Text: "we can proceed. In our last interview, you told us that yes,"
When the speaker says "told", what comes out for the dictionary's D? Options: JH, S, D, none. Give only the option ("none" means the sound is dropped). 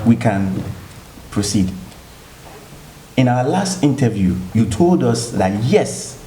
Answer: D